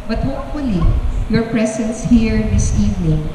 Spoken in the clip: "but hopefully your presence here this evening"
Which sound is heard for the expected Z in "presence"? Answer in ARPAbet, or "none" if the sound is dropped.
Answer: S